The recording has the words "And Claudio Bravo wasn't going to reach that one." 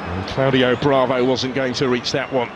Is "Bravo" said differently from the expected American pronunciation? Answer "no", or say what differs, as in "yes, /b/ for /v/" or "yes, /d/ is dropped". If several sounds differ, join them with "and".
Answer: no